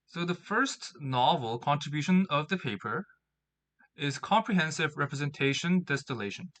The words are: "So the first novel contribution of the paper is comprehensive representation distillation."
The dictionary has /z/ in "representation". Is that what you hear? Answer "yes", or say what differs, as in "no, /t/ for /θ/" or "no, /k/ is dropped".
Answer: yes